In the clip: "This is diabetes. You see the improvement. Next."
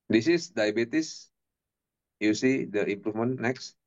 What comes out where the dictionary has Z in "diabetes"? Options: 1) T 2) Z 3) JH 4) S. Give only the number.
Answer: 4